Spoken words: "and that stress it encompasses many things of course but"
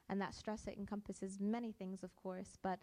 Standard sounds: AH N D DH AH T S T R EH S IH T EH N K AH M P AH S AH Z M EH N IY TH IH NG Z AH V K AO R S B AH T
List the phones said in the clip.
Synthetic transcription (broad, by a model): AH N DH AH T S T R EH S IH T EH N K AH M P AH S AH Z M EH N IY TH IH NG Z AH V K AO R S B AH T